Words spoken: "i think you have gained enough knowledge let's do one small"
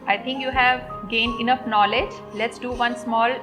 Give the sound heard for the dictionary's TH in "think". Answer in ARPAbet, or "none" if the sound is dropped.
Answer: T